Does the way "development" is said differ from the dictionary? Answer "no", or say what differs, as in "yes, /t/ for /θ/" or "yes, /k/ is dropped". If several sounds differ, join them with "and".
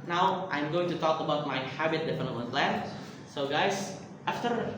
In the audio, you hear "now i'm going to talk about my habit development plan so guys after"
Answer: yes, /f/ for /v/ and /n/ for /l/ and /p/ is dropped